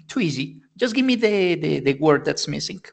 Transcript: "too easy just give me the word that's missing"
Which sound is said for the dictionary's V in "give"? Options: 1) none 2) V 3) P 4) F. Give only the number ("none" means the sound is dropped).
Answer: 2